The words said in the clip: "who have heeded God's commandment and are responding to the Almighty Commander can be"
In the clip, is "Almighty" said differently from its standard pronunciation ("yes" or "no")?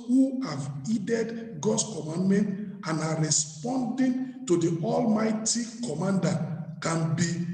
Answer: no